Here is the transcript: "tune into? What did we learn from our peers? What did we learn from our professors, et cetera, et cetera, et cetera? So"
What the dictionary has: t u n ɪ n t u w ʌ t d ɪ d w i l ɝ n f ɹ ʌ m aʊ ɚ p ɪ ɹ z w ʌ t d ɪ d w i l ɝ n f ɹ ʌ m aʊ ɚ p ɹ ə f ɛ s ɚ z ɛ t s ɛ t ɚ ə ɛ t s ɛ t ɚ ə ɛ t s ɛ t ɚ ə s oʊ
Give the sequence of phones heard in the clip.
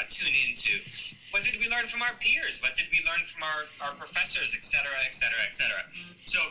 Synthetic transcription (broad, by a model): t u n ɪ n t u w ʌ t d ɪ d w i l ɝ n f ɹ ʌ m aʊ ɚ p ɪ ɹ z w ʌ t d ɪ d w i l ɝ n f ɹ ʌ m aʊ ɚ p ɹ ə f ɛ s ɚ z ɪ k s ɛ t ɚ ə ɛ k s ɛ t ɚ ə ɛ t s ɛ t ɚ ə s oʊ